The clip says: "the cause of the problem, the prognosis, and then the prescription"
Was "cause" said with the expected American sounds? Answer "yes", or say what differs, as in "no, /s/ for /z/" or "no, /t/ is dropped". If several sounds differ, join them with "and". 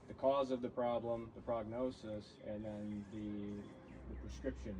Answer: yes